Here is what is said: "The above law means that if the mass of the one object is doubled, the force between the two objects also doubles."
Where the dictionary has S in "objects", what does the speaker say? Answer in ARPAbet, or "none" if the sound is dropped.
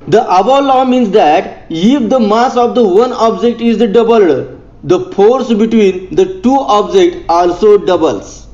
none